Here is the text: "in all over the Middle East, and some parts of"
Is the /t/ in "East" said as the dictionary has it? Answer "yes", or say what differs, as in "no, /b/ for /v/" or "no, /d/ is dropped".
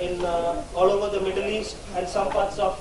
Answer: no, /t/ is dropped